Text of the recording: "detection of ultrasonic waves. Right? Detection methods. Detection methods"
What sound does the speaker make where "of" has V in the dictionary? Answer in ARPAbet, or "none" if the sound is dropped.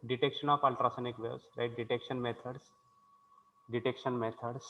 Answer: P